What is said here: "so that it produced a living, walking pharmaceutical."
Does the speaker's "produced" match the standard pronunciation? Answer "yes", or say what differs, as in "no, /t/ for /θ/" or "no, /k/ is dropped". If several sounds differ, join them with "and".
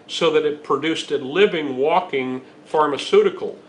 yes